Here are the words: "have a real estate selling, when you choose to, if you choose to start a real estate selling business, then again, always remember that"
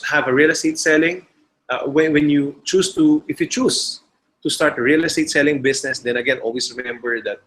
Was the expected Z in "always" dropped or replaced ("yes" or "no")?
yes